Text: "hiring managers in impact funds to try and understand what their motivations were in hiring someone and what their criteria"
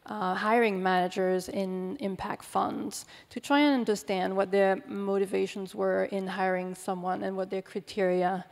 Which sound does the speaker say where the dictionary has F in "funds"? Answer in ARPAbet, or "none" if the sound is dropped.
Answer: F